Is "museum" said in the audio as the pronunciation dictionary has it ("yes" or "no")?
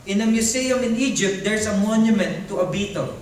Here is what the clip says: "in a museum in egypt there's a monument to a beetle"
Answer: no